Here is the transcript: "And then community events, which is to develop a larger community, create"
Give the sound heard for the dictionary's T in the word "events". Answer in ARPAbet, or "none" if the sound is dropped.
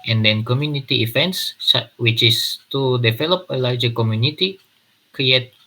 S